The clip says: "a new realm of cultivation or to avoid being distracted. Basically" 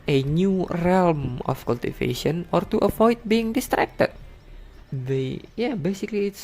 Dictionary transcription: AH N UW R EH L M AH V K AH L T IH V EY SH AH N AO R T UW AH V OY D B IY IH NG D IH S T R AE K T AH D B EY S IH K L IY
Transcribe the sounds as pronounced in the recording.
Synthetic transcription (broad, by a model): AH N UW R EH L M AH F K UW L T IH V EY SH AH N AO R T UW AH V OY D B IY IH NG D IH S T R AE K T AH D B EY S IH K L IY